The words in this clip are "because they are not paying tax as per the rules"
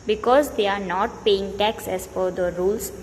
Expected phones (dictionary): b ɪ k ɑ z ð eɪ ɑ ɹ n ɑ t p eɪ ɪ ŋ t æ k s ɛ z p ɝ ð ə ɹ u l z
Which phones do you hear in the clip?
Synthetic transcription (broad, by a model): b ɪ k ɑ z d eɪ ɑ ɹ n ɑ t p eɪ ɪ ŋ t æ k s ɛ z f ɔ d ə ɹ u l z